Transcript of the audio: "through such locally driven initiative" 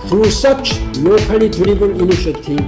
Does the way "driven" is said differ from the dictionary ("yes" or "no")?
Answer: yes